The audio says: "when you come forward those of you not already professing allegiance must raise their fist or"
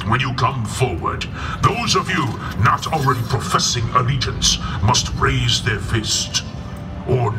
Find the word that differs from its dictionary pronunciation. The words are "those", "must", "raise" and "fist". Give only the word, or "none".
none